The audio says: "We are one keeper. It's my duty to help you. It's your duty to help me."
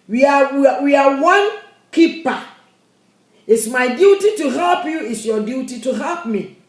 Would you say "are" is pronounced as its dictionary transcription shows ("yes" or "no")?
no